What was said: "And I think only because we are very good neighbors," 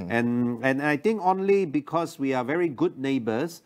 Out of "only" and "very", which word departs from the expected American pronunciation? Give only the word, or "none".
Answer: none